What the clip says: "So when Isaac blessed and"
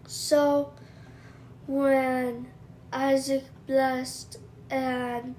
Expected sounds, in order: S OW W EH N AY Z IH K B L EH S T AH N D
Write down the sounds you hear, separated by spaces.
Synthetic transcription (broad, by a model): S OW W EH N AY Z IH K B L EH S T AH N